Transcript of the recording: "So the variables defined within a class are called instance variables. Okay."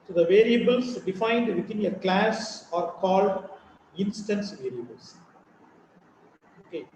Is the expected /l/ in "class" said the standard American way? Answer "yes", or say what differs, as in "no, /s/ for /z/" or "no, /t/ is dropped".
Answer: yes